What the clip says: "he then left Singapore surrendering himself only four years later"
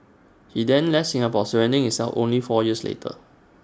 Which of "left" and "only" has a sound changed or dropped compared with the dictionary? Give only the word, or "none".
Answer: left